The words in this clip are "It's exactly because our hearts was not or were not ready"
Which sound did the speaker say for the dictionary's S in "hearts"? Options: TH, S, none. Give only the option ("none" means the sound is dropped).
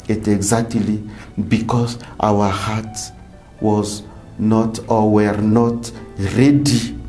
none